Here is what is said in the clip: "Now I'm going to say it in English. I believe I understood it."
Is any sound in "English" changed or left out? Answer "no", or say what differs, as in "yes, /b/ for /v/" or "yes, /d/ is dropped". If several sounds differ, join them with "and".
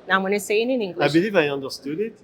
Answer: yes, /ʃ/ is dropped